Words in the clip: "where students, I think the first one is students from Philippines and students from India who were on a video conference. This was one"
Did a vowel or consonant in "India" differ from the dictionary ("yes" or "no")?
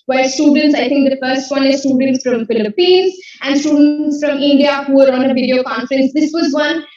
no